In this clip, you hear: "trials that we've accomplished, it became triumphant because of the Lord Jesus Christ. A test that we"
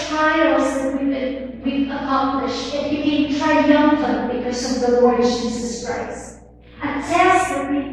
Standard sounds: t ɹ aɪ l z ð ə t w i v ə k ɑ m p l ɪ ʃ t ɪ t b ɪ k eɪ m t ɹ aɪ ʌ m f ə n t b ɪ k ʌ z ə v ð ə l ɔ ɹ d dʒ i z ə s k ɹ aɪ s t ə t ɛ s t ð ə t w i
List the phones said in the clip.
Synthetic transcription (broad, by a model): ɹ aɪ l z ð ə t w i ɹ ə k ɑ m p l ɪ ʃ ɪ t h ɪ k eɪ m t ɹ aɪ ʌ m f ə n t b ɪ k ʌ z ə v ð ə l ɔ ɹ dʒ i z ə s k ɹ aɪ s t ə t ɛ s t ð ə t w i